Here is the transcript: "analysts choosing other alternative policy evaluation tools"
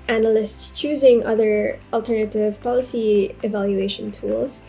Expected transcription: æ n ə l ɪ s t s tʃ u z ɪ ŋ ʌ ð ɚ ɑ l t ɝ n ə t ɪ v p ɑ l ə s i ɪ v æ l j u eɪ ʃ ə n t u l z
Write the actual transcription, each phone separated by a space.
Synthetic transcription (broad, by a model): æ n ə l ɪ s t s tʃ u z ɪ ŋ ʌ ð ɚ ɑ l t ɝ n ə t ɪ v p ɑ l ə s i ɪ v æ l j u eɪ ʃ ə n t u l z